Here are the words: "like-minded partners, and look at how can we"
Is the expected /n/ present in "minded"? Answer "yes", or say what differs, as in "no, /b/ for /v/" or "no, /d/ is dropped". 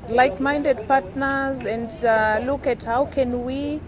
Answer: yes